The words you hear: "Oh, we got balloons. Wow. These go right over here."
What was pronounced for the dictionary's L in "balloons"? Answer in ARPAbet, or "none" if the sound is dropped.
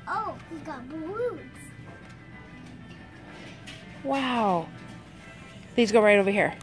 none